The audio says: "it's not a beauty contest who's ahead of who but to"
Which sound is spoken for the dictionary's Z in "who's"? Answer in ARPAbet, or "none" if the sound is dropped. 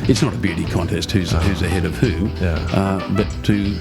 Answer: Z